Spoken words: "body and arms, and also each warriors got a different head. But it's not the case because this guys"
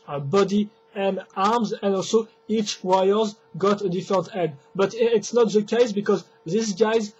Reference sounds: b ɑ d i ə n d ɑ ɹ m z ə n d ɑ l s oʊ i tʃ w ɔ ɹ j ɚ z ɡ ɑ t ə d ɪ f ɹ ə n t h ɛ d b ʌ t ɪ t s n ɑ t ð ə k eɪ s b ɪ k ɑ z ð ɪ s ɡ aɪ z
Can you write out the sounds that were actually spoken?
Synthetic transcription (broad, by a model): b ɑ d i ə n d ɑ ɹ m z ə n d ɑ l s oʊ i tʃ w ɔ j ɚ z ɡ ɑ t ə d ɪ f ɹ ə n t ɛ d b ʌ t ɪ t s n ɑ t ð ə k eɪ s b ɪ k ɑ z ð ɪ s ɡ aɪ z